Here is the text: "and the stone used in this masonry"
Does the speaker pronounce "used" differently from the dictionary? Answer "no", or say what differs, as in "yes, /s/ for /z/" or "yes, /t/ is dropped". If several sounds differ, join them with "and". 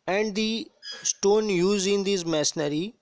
yes, /d/ is dropped